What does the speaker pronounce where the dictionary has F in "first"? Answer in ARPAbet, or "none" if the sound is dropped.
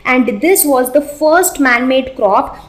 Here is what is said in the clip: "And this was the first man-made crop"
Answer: F